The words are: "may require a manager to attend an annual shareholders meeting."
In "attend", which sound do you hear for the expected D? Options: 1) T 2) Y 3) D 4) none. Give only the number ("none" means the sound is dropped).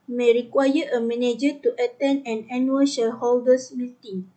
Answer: 4